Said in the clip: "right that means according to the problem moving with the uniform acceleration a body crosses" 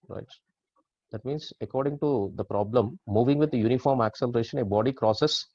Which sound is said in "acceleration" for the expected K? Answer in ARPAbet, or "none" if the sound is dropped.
K